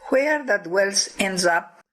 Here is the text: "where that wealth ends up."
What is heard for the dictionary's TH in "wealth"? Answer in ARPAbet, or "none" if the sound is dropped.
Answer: S